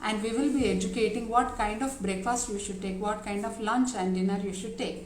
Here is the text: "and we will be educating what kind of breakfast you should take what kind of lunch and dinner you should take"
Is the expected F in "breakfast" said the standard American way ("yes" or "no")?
yes